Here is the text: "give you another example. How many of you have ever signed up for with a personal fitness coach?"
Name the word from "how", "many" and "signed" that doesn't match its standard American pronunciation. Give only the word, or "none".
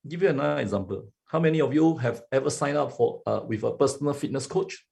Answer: signed